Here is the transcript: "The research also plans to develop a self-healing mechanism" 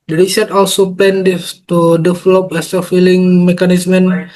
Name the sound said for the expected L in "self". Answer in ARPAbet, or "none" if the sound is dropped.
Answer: none